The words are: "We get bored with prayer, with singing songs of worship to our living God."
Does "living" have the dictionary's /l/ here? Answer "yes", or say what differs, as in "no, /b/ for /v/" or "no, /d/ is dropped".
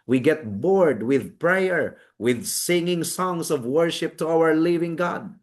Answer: yes